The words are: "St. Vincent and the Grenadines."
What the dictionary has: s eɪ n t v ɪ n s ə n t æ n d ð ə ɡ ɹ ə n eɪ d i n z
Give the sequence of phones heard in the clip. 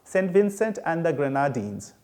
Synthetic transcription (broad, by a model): s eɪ n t v ɪ n s ə n t æ n d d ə ɡ ɹ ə n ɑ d i n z